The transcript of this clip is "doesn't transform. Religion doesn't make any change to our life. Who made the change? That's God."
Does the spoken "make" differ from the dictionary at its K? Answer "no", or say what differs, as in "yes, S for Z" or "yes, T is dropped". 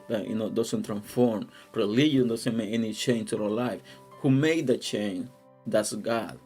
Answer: yes, K is dropped